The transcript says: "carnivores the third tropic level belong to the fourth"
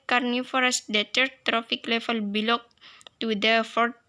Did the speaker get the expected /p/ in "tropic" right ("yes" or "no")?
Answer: no